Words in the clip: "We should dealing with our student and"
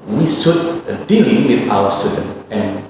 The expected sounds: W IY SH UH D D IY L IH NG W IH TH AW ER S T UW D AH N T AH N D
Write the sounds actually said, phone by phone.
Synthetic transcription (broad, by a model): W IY S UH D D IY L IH NG W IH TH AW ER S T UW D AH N AH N